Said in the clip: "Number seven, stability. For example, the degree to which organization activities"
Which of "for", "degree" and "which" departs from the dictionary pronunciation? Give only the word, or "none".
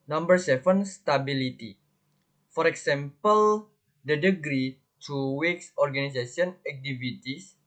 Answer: which